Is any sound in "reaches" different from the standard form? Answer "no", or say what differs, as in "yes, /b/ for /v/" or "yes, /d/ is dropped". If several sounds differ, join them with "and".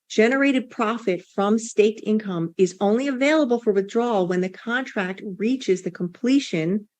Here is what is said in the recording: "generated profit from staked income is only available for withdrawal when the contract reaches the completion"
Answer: no